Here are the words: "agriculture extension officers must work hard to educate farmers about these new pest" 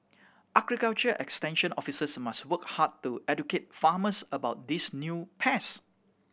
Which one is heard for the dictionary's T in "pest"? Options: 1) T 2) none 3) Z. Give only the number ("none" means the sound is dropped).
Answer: 2